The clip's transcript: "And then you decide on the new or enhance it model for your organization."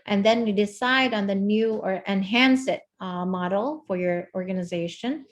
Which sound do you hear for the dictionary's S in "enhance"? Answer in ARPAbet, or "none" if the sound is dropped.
S